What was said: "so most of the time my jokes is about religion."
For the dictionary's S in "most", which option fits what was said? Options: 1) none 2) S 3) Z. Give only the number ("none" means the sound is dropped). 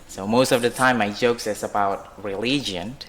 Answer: 2